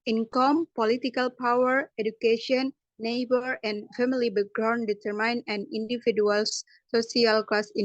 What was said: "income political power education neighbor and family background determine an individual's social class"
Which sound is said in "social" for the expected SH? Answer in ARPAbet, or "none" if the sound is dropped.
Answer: S